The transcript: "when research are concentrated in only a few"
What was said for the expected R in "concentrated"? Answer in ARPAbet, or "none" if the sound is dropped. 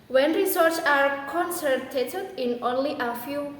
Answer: none